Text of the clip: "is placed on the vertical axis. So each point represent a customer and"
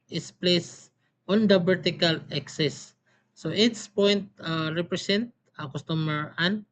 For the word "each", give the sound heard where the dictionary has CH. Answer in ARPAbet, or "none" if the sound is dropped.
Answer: S